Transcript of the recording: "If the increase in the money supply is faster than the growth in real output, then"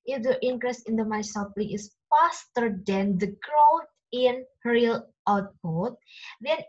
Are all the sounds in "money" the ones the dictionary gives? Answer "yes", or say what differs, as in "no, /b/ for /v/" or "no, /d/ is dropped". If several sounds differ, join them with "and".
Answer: no, /n/ is dropped